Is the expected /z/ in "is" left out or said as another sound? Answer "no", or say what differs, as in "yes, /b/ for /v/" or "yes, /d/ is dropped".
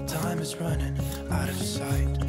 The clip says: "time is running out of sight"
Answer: no